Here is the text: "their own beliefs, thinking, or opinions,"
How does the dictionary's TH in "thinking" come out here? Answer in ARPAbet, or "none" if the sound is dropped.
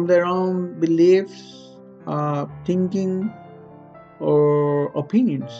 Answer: T